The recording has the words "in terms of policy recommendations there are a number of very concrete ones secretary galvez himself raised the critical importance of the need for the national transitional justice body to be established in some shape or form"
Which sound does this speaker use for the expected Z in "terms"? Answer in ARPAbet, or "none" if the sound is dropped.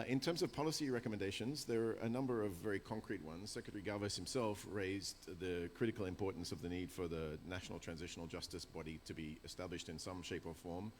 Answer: Z